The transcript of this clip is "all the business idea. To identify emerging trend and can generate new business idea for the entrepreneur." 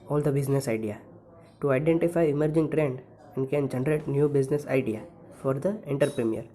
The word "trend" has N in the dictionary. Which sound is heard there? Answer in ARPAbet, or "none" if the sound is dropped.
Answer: N